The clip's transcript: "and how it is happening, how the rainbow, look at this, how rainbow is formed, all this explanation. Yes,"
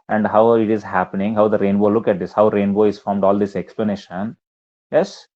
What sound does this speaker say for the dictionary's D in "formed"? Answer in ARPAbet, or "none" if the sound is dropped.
D